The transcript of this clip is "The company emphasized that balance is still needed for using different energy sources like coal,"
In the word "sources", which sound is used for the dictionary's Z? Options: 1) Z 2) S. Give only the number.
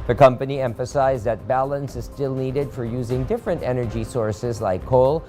1